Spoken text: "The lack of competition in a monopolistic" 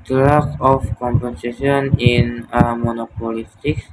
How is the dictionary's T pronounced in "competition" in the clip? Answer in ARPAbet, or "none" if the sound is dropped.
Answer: S